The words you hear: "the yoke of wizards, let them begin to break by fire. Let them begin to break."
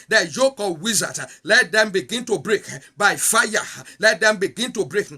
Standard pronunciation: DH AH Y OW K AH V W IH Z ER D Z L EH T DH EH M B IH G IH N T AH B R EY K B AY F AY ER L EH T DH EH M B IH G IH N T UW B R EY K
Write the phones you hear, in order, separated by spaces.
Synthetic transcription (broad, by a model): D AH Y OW K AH P W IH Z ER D L EH T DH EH M B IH G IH N T AH B R EY K B AY F AY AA L EH T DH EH M B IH G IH N T UW B R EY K